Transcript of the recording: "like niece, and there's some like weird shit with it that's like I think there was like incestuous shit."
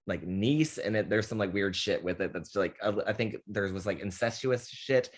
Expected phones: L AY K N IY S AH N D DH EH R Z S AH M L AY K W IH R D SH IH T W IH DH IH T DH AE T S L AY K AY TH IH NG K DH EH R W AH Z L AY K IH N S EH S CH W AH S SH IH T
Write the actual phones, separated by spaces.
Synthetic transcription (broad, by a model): L AY K N IY S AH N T DH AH R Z S AH M L AY K W IH R D SH IH T W IH DH IH T DH AE T S L AY K AY TH IH NG K DH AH R W AH Z L AY K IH N S EH S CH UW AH S SH IH T